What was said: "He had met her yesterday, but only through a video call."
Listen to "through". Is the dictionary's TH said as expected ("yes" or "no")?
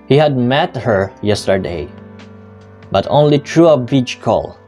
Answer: no